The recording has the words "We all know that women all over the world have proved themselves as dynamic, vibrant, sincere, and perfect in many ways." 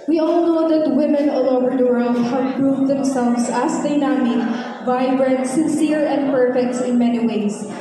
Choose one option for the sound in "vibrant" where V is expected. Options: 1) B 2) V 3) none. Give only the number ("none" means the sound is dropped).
2